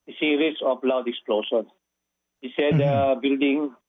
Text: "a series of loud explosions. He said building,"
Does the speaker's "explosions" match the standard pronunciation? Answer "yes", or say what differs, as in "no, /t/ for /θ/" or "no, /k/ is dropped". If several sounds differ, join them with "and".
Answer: no, /ʃ/ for /ʒ/ and /z/ is dropped